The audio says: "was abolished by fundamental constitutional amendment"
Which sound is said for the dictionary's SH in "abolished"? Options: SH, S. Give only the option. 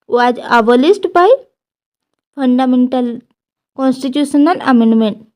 S